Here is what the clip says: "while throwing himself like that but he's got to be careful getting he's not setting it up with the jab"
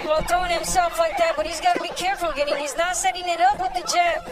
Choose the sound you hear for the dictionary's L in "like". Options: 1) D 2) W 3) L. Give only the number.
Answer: 3